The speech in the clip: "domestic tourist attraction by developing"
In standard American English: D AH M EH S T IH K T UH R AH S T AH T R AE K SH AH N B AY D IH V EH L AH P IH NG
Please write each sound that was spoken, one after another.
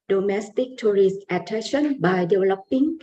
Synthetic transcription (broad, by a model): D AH M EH S T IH K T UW R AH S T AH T EH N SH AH N B AY D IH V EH L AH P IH NG